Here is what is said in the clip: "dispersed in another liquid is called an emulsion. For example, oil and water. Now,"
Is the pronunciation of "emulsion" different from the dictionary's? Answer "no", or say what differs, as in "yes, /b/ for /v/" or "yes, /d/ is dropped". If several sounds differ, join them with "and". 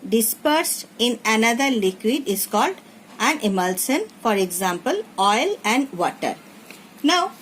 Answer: yes, /s/ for /ʃ/